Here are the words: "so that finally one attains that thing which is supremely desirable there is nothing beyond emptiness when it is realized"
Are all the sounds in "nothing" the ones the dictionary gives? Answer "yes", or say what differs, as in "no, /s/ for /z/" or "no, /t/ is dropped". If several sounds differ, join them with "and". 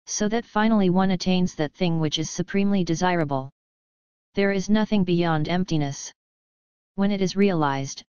yes